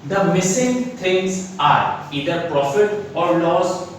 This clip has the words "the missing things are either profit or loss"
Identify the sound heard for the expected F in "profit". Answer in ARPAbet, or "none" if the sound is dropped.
F